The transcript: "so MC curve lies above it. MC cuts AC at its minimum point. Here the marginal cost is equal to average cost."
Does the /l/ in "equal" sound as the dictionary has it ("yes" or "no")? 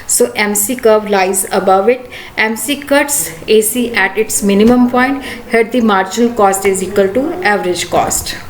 yes